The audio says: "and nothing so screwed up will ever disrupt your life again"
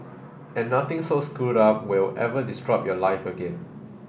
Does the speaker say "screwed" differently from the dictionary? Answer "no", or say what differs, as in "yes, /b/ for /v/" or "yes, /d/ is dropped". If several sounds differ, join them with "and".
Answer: yes, /ɹ/ is dropped